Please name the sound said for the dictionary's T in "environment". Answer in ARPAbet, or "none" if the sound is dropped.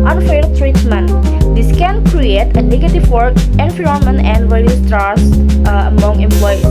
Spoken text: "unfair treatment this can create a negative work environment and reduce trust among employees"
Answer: none